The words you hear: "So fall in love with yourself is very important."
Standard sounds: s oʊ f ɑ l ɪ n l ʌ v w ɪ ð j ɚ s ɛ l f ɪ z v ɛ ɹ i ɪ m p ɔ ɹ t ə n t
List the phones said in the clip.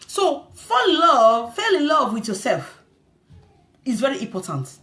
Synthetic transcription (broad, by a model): s oʊ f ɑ l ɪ l l ʌ v w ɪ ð j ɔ s ɛ l f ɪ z v ɛ ɹ i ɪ m p ɔ t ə n t